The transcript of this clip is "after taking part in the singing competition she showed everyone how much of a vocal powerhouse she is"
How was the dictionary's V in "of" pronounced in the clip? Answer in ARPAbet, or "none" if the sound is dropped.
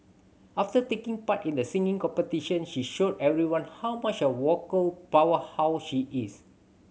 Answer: W